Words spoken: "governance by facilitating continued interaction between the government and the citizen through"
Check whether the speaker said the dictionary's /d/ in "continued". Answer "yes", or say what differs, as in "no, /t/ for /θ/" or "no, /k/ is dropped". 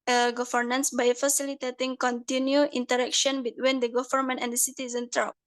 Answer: no, /d/ is dropped